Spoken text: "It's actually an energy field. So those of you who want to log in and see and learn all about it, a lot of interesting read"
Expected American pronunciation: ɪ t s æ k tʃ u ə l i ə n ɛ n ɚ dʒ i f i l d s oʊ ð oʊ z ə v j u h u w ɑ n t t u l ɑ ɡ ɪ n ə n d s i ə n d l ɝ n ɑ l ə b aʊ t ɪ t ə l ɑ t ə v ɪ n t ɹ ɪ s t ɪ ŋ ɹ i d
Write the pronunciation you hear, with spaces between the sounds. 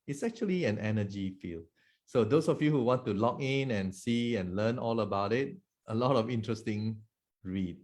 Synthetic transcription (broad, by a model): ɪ t s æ k tʃ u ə l i ə n ɛ n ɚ dʒ i f i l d s oʊ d oʊ s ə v j u h u w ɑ n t t u l ɑ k ɪ n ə n s i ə n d l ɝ n ɑ l ə b aʊ t ɪ t ə l ɑ t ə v ɪ n t ɹ ɪ s t ɪ ŋ ɹ i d